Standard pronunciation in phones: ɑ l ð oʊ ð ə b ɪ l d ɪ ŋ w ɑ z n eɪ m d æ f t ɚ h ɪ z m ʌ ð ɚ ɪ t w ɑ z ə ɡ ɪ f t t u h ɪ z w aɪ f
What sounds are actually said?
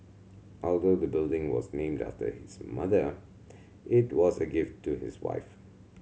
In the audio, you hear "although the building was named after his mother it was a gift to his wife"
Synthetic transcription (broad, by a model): ɑ l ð oʊ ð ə b ɪ l d ɪ ŋ w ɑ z n eɪ m d æ f t ɚ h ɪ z m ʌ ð ɚ ɪ t w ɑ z ə ɡ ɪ f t t u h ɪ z w aɪ f